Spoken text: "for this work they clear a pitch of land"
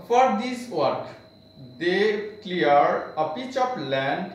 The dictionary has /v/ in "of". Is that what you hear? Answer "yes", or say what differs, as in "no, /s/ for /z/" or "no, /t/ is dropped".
no, /p/ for /v/